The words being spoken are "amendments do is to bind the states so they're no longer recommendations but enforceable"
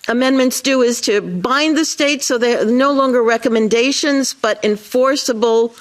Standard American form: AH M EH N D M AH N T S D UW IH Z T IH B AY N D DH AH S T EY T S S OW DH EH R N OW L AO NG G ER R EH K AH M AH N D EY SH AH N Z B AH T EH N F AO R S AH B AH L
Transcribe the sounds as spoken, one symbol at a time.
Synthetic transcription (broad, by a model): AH M EH N M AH N T S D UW IH Z T IH B AY N DH AH S T EY T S S OW DH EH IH N OW L AO NG G ER R EH K AH M AH N D EY SH AH N Z B AH T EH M F AO R S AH B L